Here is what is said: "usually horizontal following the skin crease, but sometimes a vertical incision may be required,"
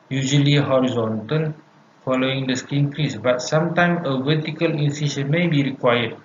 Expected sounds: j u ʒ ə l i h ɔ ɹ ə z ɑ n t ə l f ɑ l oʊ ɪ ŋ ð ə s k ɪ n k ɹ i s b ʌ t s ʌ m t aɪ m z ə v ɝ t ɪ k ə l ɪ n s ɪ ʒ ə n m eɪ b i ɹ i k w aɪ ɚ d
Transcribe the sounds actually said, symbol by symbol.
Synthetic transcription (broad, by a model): j u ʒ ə l i h ɔ ɹ ə z ɑ n t ə l f ɑ l oʊ ɪ ŋ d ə s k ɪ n k ɹ i s b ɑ t s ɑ m t aɪ m ə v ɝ t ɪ k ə l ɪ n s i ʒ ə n m eɪ b i ɹ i k w aɪ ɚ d